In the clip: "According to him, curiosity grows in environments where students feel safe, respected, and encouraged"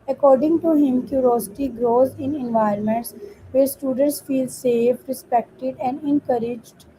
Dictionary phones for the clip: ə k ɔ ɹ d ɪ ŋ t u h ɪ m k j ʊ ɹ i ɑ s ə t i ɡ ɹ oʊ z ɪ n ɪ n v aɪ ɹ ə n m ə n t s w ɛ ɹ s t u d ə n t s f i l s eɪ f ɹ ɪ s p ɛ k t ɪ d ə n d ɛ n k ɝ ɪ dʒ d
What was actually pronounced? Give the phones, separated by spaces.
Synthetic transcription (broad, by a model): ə k ɔ ɹ d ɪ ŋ t u h ɪ m k j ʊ ɹ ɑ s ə t i ɡ ɹ oʊ z ɪ n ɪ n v aɪ ə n m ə n t s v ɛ ɹ s t u d ə n t s f i l s eɪ f ɹ ɪ s p ɛ k t ɪ d ə n d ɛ n k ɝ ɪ dʒ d